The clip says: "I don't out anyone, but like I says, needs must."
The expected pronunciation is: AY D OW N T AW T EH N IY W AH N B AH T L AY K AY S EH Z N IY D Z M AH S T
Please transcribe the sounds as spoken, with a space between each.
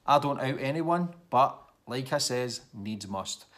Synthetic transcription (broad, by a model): AY D OW N T AW T EH N IY W AH N B AH T L AY K AY S EH Z N IY D Z M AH S T